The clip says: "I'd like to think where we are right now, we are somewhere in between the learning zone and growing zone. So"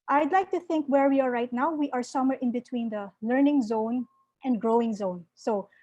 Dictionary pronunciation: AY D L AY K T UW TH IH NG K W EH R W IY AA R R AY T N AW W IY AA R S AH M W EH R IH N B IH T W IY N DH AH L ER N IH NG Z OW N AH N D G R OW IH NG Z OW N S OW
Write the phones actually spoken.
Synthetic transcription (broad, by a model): AY D L AY K T UW TH IH NG K W EH R W IY AA R R AY T N AW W IY AA R S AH M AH R IH N B IH T W IY N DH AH L ER N IH NG Z OW N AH N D G R OW IH NG Z OW N S OW